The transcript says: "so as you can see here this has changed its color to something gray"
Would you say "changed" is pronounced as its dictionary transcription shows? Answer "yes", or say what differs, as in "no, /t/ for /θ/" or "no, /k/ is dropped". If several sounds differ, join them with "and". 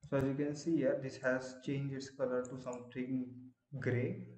no, /d/ is dropped